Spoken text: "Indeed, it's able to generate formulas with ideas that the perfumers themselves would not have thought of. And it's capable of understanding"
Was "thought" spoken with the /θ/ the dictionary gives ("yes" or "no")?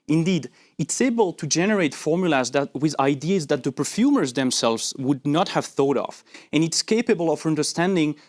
yes